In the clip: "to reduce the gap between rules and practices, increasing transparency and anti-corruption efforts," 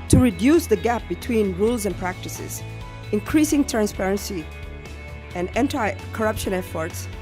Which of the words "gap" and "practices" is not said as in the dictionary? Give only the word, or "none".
none